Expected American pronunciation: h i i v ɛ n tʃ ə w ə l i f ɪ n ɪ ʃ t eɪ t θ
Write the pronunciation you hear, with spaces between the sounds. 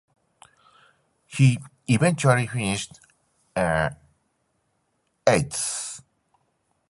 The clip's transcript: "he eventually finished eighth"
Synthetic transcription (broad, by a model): h i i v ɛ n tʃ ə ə l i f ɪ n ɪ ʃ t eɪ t s